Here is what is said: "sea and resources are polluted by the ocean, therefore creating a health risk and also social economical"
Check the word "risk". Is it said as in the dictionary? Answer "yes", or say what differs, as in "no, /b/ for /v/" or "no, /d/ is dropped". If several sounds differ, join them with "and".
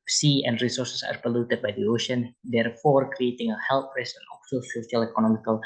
no, /k/ is dropped